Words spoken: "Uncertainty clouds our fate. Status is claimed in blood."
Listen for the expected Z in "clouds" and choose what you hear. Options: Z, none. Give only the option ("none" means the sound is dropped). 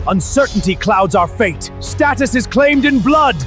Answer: Z